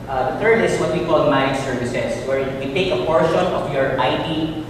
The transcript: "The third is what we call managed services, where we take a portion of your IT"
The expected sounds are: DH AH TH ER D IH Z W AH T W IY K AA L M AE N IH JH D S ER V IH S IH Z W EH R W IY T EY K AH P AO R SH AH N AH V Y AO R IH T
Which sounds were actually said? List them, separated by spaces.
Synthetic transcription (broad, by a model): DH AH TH ER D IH S W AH T W IY K AA L M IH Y S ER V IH S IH S W EH R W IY T EY K AH P AO R SH AH N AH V Y AO R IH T